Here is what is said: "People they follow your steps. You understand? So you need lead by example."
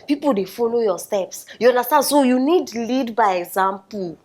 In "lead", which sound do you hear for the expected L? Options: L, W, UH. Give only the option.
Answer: L